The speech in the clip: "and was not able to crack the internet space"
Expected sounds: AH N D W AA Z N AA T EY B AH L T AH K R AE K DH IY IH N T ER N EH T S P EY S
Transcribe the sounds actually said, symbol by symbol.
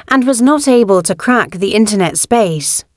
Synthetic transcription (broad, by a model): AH N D W AA Z N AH T EY B AH L T AH K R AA K DH IY IH N T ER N EH T S P EY S